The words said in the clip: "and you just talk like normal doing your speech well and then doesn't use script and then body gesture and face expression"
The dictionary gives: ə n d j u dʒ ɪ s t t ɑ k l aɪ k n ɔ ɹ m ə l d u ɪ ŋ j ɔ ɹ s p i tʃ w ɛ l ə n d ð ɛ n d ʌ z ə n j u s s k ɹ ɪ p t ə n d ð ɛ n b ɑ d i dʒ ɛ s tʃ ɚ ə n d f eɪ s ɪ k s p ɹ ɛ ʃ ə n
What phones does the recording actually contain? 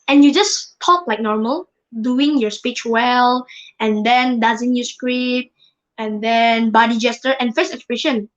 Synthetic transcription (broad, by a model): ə n j u dʒ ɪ s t t ɑ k l aɪ k n ɔ ɹ m ə l d u ɪ ŋ j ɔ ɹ s p i tʃ w ɛ l ə n d ɛ n d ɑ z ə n j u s s k ɹ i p ə n d ɛ n b ɑ d i dʒ ɛ s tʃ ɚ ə n f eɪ s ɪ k s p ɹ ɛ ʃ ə n